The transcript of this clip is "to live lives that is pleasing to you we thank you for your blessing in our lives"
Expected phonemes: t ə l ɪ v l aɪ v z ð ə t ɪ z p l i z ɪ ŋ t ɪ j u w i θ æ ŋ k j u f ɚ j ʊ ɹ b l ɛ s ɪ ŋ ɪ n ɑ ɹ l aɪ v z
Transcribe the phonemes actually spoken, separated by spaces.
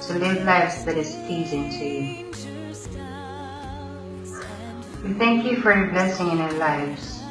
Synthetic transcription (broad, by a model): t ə l ɪ v l aɪ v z ð ə t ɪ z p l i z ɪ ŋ t ɪ j u w i θ æ ŋ k j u f ɚ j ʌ b l ɛ s ɪ ŋ ɪ n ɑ l aɪ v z